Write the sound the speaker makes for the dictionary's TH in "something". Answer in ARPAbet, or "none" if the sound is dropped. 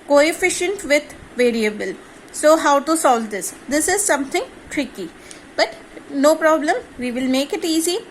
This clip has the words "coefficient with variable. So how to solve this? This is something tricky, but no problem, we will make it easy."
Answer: T